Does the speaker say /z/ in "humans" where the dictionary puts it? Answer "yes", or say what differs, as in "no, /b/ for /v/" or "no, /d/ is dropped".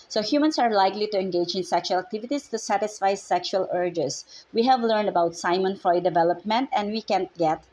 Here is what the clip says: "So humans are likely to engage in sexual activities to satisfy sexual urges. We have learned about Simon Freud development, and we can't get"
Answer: no, /s/ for /z/